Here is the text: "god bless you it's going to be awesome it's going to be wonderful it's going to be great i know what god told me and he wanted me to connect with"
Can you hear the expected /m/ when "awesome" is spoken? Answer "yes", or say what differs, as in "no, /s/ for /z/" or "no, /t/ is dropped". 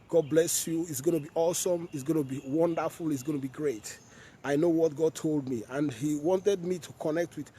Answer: yes